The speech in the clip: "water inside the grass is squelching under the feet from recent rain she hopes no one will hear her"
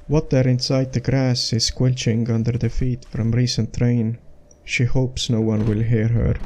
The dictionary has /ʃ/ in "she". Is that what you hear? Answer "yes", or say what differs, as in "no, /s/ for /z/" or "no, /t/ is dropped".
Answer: yes